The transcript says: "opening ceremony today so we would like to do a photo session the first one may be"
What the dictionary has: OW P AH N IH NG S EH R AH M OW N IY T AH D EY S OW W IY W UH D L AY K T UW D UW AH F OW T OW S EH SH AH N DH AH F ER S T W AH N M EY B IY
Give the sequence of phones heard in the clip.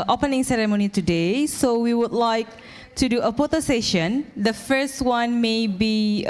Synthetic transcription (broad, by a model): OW P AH N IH NG S EH R AH M OW N IY T AH D EY S OW W IY W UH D L AY K T UW D UW AH P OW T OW S EH SH AH N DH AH F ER S T W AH N M EY B IY